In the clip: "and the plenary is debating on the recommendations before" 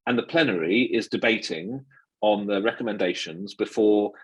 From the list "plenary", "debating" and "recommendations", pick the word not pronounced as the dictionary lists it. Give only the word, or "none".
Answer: none